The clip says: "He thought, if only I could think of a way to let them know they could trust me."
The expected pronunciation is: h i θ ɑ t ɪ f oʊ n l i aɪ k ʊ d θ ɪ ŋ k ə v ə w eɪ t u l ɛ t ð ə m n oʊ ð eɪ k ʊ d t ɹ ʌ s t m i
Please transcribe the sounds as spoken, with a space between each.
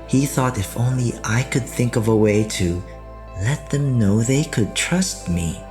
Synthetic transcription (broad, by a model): h i θ ɑ t ɪ f oʊ n l i aɪ k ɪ d θ ɪ ŋ k ə v ə w eɪ t u l ɛ t ð ə m n oʊ ð eɪ k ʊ d t ɹ ʌ s t m i